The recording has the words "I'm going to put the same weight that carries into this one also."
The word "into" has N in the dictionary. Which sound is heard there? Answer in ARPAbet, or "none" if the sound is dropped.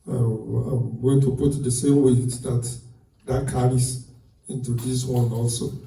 N